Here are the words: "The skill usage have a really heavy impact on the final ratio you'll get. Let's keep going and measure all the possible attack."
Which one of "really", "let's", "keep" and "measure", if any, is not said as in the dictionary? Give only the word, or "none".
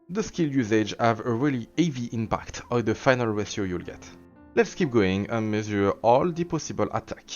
measure